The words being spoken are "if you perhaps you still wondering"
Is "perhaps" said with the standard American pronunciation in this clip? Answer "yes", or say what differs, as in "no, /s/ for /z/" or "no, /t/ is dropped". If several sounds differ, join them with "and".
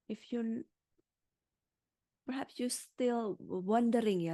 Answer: yes